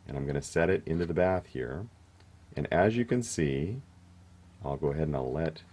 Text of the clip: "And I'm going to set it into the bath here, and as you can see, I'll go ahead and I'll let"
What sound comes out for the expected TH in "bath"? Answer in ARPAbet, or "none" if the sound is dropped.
TH